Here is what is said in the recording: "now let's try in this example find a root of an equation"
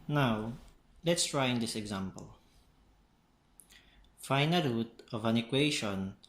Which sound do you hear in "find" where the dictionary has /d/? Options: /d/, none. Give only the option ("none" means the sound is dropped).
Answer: none